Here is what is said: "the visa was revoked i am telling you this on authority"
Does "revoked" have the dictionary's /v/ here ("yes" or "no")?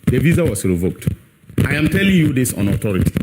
yes